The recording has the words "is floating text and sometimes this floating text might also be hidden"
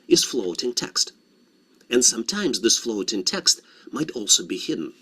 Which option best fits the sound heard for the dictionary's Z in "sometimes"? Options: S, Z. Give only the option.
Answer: Z